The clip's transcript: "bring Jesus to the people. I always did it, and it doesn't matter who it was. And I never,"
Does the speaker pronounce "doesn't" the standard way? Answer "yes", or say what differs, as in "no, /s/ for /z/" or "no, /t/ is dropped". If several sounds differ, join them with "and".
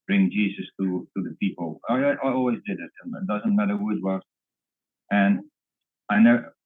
yes